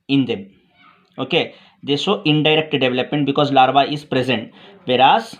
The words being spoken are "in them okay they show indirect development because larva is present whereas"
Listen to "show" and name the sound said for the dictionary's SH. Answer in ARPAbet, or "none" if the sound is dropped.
S